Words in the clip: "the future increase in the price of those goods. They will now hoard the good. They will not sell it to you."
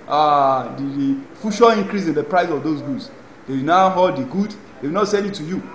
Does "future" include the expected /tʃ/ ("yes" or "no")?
no